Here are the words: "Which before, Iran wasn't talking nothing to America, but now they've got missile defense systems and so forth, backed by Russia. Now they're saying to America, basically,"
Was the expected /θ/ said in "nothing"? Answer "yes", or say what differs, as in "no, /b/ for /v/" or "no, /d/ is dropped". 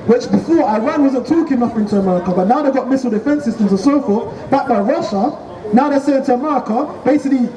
no, /f/ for /θ/